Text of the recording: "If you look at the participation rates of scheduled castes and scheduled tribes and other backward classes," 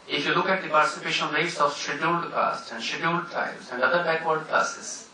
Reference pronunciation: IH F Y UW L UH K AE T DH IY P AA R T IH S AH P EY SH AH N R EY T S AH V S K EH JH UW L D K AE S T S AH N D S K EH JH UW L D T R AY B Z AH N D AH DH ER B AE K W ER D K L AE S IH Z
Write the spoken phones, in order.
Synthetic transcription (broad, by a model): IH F Y UW L UH K AE T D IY P AA R T IH S AH P EY SH AH N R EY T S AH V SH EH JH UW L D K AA S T AH N D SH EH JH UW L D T AY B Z AH N D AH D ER B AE K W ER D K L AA S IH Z